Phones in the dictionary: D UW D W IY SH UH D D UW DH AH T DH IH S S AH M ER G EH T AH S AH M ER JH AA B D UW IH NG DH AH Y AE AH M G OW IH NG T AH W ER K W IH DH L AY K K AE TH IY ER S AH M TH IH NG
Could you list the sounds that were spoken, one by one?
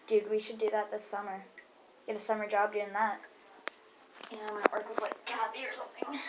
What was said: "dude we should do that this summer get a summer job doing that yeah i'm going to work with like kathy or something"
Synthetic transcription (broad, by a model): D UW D W IY SH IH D D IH DH AH T DH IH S S AH M ER G EH T AH S AH M ER JH AA B D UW IH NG DH AH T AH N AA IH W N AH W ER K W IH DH W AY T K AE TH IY ER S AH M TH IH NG